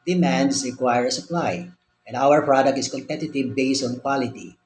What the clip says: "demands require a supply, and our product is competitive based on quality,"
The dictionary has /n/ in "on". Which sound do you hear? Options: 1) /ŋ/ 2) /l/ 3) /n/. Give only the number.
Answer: 3